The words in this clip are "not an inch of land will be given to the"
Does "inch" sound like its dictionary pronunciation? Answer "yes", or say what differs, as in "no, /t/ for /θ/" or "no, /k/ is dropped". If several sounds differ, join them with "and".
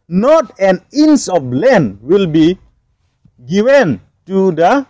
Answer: no, /s/ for /tʃ/